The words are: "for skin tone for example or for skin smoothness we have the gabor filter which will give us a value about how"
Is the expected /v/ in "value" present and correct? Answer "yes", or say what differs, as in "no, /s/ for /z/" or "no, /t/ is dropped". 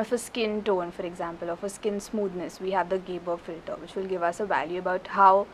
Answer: yes